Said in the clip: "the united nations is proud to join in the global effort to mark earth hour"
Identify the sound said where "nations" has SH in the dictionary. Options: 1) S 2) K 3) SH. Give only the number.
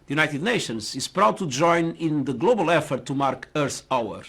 3